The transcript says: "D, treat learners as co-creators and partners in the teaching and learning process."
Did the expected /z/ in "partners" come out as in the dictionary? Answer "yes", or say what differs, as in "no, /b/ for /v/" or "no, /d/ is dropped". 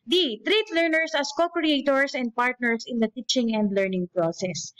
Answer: no, /s/ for /z/